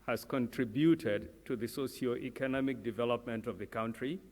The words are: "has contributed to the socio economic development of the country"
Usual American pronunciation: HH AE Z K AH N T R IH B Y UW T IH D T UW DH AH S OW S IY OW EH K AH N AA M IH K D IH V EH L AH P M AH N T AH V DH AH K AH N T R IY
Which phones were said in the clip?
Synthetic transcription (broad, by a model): HH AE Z K AH N T R IH B Y UW T IH D T UW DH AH S OW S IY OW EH K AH N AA M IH K D IH V EH L AH P M AH N T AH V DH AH K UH N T R IY